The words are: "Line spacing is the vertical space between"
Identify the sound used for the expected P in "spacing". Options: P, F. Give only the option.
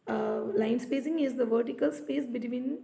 P